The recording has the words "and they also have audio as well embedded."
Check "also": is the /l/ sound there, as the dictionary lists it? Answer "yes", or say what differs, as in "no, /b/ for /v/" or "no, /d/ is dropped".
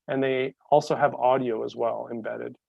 yes